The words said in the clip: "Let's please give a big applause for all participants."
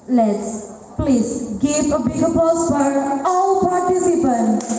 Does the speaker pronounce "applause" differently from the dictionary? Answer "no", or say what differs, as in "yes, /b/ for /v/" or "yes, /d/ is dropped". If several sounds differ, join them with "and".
yes, /l/ is dropped